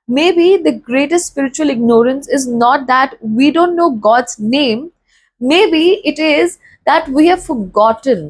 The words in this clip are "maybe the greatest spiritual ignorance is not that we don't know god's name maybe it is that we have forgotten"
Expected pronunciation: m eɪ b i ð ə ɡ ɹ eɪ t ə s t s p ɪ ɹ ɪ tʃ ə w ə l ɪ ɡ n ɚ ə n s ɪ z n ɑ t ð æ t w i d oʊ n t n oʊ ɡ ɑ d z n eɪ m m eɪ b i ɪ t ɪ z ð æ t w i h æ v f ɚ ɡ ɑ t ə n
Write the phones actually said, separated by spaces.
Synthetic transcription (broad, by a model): m eɪ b i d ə ɡ ɹ eɪ t ə s t s p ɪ ɹ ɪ tʃ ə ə l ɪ ɡ n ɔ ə n s ɪ z n ɑ t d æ t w i d oʊ n t n oʊ ɡ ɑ d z n eɪ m m eɪ b i ɪ t ɪ z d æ t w i h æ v f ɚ ɡ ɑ t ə n